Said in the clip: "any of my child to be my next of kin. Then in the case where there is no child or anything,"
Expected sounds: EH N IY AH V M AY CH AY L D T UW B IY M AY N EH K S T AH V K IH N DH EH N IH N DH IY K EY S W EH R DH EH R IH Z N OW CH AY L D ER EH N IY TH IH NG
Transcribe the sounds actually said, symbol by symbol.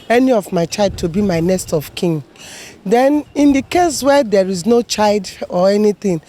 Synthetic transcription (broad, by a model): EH N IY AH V M AY CH AY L D T UW B IY M AY N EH S T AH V K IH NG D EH N IH N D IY K EY S W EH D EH R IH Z N OW CH AY L D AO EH N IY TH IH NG